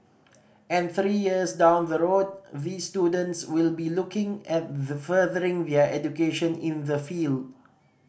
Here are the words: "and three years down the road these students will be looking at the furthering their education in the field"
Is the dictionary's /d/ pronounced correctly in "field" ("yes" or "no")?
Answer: yes